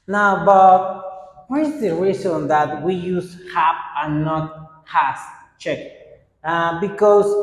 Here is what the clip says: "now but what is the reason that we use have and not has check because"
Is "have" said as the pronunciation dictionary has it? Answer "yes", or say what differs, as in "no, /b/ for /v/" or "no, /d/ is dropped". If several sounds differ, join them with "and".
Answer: no, /p/ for /v/